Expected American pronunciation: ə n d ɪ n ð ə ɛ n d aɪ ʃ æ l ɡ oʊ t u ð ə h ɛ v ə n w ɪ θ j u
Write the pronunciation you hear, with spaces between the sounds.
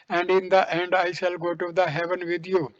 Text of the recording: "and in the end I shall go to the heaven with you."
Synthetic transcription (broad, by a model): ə n d ɪ n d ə ɛ n d aɪ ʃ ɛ l ɡ oʊ t u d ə h ɛ v ə n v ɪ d j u